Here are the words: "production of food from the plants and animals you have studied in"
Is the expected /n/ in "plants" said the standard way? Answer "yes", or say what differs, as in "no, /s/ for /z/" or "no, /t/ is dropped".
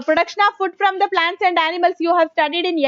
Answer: yes